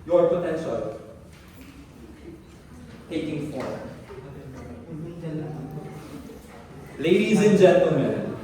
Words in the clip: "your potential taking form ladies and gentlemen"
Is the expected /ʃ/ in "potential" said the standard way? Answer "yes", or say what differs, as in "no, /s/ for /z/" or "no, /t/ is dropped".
no, /s/ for /ʃ/